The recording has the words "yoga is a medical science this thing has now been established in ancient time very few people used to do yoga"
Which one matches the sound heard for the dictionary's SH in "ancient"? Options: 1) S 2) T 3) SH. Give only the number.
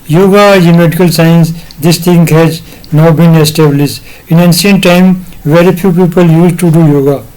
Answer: 1